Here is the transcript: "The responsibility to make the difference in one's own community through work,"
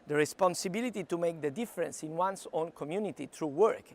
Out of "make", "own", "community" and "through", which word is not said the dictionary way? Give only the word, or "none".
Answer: through